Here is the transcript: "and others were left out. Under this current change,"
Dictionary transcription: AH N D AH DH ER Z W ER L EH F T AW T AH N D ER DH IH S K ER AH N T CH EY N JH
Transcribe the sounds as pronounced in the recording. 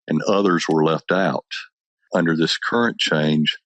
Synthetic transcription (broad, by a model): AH N AH DH ER Z W ER L EH F T AW T AH N D ER DH IH S K ER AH N CH EY N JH